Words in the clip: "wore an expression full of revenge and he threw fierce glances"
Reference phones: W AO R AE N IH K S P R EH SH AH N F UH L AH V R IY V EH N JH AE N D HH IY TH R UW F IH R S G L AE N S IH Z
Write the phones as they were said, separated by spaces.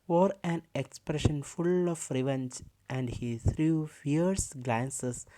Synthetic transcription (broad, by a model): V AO R AE N IH K S P R EH SH AH N F UH L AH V R IY V EH N JH AE N D HH IY T R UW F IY R S G L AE N S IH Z